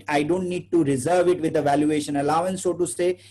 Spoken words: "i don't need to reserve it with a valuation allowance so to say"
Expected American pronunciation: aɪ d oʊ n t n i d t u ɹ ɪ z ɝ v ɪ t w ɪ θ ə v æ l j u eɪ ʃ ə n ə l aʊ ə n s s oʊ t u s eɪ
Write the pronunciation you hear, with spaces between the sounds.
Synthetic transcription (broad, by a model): aɪ d oʊ n t n i d t u ɹ ɪ z ɝ v ɪ t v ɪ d ə v æ l j u eɪ ʃ ə n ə l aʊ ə n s s oʊ t u s eɪ